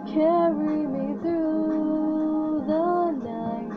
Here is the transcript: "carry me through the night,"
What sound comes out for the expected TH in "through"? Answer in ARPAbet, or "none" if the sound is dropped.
TH